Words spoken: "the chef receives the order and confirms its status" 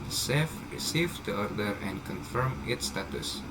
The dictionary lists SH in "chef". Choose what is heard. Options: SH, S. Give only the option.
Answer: S